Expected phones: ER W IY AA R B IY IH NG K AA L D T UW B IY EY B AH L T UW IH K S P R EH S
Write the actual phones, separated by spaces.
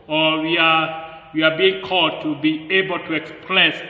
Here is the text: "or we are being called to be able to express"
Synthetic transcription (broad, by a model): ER W IY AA W B IY IH NG K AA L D T UW B IY EY B AH L T UW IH K S P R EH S